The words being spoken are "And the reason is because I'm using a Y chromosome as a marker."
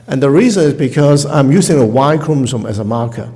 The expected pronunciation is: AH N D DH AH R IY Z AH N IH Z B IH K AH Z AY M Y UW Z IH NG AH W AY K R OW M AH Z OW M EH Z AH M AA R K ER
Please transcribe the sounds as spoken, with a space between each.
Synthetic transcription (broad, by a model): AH N DH AH R IY Z AH N IH Z B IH K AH Z AY M Y UW Z IH NG AH W AY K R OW M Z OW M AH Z AH M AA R K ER